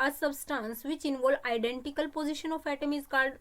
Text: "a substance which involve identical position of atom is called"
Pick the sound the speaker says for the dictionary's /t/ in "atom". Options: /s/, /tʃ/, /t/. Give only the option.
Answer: /t/